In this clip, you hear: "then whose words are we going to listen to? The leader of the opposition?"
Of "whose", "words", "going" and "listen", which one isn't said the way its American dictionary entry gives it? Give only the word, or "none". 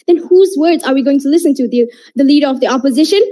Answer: none